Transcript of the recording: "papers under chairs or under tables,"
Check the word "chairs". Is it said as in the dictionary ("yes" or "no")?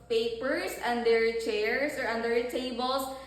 no